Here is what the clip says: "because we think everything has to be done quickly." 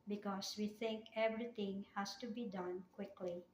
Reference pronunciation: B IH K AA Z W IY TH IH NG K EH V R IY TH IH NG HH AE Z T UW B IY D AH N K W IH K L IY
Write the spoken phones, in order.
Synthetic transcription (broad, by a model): B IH K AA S W IY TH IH NG K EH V R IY T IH NG HH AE S T UW B IY D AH N K W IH K L IY